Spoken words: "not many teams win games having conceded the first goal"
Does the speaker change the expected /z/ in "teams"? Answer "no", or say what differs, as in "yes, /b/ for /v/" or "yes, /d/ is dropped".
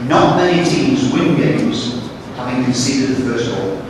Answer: no